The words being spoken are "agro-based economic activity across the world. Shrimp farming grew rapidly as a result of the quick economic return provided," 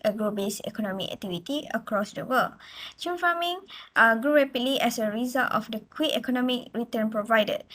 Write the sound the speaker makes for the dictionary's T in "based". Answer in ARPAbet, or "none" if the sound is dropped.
none